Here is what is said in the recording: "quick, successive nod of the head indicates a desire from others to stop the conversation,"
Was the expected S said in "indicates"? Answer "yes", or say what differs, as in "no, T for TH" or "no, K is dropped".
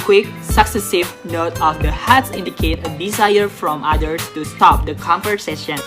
no, S is dropped